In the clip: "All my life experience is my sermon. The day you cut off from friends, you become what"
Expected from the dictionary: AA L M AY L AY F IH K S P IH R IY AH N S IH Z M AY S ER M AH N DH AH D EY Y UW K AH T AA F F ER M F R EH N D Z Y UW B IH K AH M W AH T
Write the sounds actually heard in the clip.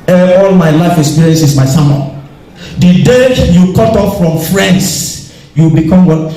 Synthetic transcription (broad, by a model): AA L M AY L AY F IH K S P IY R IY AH N S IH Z M AY S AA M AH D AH D EY Y UW K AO T AA F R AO M F R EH N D S Y UW B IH K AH M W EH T